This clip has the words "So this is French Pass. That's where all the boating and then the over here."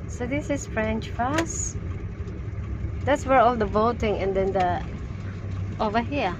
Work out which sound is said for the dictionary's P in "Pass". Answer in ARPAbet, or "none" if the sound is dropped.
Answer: F